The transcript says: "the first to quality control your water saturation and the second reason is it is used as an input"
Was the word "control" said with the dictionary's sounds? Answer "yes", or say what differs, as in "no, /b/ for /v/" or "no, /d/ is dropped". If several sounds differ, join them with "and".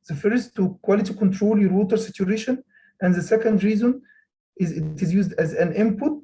yes